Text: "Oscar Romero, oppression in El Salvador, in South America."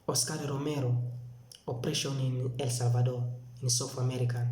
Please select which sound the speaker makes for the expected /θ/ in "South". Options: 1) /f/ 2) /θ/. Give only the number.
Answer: 1